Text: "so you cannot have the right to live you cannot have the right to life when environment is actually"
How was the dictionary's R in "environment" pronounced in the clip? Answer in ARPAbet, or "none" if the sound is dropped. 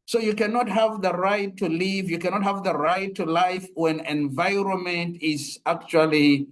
R